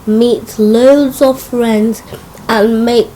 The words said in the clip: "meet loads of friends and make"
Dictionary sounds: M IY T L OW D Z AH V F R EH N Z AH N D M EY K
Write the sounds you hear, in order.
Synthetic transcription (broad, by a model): M IY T L OW D Z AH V F R EH N Z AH N M EY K